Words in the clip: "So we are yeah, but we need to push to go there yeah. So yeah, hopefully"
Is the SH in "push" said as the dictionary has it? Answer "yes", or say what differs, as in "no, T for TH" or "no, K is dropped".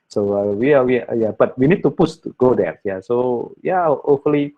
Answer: no, S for SH